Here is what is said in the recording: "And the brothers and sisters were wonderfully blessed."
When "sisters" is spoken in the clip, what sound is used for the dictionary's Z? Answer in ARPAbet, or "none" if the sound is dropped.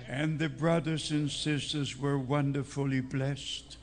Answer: Z